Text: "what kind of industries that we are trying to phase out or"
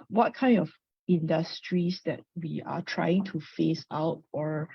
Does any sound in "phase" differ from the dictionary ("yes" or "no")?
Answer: yes